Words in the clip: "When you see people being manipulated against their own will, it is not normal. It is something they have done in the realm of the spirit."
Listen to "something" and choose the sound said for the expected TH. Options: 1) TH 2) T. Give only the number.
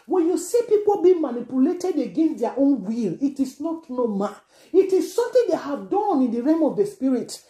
2